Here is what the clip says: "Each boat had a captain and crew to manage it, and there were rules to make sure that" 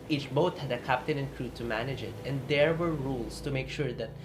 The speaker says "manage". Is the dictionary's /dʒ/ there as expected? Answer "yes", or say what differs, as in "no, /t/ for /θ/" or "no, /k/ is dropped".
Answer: yes